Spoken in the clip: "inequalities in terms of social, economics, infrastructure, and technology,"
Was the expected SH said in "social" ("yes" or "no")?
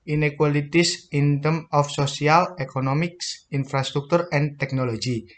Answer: no